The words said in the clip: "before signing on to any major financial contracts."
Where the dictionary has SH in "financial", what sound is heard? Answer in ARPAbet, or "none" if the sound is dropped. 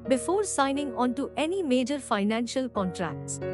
SH